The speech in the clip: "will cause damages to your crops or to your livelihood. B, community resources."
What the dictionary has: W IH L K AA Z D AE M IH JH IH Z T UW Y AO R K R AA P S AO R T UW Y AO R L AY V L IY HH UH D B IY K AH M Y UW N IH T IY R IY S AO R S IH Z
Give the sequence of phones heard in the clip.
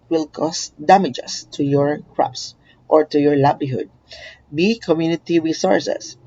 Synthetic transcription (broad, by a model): W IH L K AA S D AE M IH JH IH S T UW Y AO R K R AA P S AO R T UW Y AO R L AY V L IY HH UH D B IY K AH M Y UW N IH T IY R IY S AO R S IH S